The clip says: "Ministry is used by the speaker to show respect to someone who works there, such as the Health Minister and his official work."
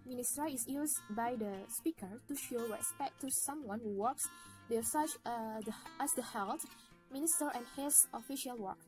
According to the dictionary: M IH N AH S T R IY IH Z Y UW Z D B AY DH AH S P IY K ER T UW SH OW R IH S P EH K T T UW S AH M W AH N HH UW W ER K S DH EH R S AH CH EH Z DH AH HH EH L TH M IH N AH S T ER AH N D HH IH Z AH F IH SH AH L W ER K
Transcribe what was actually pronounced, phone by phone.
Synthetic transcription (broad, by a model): M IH N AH S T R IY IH S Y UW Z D B AY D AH S P IY K ER T UW SH OW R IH S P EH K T T UW S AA M W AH N HH UW W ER K S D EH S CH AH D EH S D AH HH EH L T M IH N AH S T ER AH N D HH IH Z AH F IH SH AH L W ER K